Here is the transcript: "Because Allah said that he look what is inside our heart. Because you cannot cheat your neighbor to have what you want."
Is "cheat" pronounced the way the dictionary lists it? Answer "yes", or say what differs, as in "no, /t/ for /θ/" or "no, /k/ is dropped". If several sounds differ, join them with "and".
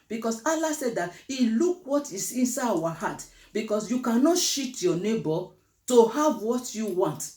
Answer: no, /ʃ/ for /tʃ/